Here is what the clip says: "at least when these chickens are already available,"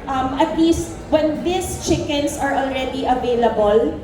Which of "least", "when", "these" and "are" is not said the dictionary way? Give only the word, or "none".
these